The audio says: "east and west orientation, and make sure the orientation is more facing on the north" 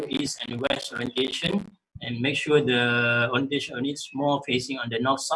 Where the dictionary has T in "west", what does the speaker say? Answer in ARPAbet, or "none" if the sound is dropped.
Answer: none